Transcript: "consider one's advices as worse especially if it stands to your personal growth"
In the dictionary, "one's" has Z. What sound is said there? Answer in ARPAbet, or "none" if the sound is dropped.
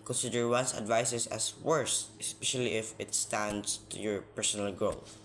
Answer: S